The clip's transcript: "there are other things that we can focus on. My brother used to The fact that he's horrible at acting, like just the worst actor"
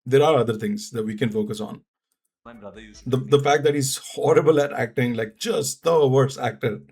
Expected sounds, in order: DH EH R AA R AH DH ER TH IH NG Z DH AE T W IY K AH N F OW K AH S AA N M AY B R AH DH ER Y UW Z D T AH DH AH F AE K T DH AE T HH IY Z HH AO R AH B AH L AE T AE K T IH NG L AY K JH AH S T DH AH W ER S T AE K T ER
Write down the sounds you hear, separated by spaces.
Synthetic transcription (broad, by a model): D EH R AA R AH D ER T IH NG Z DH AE T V IY K AH N F OW K AH S AA N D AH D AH F AE K T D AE T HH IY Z HH AO R AH B AH L AE T AE K T IH NG L AY K JH AH S T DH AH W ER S AE K T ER